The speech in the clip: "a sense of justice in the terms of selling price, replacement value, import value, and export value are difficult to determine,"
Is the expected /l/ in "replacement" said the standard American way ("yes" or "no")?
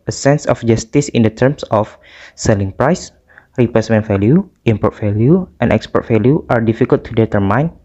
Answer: no